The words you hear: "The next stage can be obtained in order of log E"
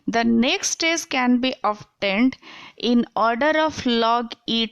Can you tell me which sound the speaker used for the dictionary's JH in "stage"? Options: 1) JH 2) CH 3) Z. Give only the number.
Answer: 3